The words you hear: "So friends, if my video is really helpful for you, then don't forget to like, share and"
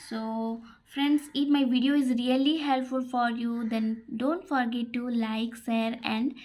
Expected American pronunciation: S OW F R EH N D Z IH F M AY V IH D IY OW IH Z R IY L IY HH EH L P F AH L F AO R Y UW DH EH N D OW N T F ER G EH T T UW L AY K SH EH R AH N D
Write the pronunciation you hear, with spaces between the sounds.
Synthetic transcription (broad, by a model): S OW F R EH N D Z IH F M AY V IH D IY OW IH Z R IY L IY HH EH L P F AH L F AO R Y UW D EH N D OW N T F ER G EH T T UW L AY K S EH R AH N D